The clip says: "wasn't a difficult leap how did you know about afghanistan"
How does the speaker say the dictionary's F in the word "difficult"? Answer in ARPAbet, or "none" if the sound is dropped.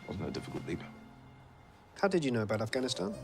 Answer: F